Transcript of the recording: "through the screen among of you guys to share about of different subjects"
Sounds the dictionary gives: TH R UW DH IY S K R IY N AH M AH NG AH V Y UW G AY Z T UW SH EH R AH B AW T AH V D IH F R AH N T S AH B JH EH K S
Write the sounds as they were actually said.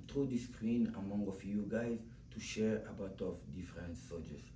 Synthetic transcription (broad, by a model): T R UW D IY S K R IY N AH M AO NG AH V Y UW G AY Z T UW SH EH R AH B AW T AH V D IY F R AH N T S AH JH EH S